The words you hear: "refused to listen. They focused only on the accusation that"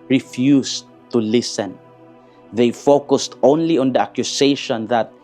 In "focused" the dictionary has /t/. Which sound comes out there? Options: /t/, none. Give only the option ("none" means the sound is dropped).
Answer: /t/